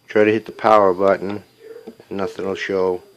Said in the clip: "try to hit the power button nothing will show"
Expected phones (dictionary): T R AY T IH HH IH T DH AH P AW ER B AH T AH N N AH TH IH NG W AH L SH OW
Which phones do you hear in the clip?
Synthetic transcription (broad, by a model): T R AY T IH HH IH T DH AH P AW ER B AH T N N AH TH IH NG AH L SH OW